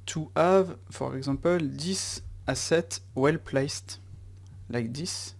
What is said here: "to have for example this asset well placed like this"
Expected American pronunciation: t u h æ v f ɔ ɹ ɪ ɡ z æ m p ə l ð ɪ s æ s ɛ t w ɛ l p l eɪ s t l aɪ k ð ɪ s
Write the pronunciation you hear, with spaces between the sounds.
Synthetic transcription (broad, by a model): t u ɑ v f ɔ ɹ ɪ ɡ z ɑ p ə l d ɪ s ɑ s ɛ t w ɛ l p l eɪ s t l aɪ k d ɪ s